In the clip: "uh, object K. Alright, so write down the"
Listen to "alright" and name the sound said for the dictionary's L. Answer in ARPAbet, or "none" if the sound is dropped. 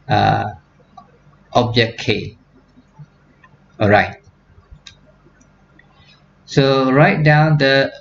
none